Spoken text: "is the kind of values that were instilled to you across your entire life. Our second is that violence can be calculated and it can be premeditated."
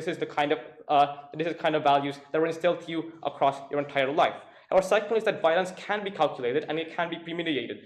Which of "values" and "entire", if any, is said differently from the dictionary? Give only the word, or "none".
none